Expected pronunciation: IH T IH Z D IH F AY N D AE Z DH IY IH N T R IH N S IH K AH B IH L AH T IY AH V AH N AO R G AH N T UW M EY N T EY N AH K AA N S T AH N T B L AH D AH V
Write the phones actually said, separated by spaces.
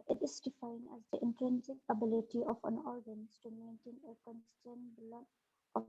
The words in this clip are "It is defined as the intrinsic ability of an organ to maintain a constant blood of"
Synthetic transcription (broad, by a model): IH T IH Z D IH F AY N D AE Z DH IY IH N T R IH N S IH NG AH B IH L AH T IY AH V AH N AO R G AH N T UW M EY N T EY N AH K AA N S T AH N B L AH AH